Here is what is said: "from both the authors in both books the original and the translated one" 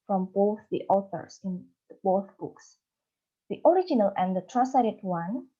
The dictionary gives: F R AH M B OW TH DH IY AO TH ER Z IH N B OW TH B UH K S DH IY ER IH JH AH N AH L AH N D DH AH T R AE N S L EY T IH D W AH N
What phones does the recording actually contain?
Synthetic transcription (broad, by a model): F R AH M B OW TH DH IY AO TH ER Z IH N B OW TH B UH K S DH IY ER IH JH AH N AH L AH N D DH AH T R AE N S EY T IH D W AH N